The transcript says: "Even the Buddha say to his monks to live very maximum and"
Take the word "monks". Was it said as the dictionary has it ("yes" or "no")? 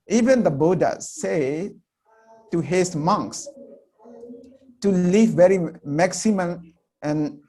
yes